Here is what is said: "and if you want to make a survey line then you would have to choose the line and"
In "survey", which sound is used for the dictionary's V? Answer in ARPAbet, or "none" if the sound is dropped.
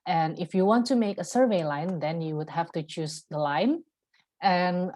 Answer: V